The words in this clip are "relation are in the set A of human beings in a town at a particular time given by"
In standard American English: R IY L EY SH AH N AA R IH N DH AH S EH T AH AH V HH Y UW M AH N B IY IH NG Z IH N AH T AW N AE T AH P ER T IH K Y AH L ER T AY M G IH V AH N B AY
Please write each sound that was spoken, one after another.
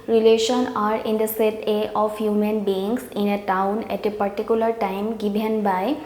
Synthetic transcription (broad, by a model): R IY L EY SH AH N AA R IH N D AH S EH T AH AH F HH Y UW M AH N B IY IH NG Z IH N AH T AW N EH T AH P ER T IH K Y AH L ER T AY M G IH B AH N B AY